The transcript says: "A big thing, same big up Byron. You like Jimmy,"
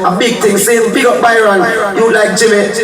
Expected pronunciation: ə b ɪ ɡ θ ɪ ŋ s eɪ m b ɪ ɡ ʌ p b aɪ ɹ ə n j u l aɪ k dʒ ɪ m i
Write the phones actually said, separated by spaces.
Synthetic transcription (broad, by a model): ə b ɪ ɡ t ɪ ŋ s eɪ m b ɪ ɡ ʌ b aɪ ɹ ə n j u l aɪ k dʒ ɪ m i